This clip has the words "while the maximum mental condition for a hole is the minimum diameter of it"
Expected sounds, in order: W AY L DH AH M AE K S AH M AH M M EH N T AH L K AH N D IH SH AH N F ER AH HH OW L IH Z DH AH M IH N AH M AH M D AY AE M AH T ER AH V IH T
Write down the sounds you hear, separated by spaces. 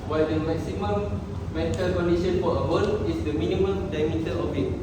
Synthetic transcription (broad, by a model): W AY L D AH M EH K S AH M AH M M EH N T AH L K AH N D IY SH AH N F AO AH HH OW N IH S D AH M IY N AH M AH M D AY M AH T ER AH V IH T